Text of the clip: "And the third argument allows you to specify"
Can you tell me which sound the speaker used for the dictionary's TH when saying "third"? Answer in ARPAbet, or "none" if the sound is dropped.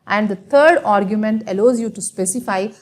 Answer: T